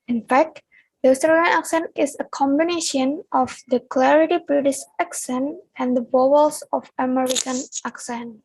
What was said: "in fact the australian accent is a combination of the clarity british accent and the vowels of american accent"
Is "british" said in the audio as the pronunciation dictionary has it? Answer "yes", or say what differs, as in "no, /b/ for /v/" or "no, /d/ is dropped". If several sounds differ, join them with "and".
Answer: no, /s/ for /ʃ/